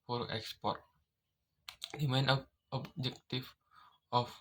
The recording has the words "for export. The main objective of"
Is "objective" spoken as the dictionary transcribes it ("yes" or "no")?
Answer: no